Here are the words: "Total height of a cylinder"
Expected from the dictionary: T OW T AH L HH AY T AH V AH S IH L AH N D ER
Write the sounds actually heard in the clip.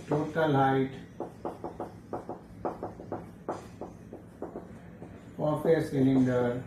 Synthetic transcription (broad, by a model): T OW T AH L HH AY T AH P AH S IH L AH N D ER